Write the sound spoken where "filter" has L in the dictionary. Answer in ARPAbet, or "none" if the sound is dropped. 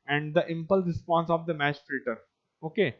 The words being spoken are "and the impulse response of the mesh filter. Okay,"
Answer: none